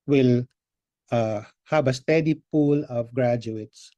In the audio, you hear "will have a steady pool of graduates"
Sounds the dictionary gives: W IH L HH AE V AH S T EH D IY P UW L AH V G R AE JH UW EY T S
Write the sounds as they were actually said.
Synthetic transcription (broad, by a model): W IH L HH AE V AH S T EH D IY P UW L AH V G R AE JH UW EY T S